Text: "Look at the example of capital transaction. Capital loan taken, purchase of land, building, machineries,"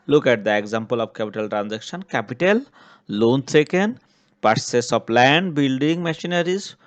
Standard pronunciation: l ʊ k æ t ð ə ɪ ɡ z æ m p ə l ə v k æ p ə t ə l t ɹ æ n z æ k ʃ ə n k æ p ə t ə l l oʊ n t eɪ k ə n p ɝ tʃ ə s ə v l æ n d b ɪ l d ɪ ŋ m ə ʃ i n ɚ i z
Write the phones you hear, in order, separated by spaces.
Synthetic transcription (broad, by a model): l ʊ k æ t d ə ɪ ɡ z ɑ m p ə l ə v k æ p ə t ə l t ɹ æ n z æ k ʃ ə n k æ p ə t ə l l oʊ n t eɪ k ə n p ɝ s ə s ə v l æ n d b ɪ l d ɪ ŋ m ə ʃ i n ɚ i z